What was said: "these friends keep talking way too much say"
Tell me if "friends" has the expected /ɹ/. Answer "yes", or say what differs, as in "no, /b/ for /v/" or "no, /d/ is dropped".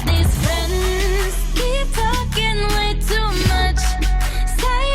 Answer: yes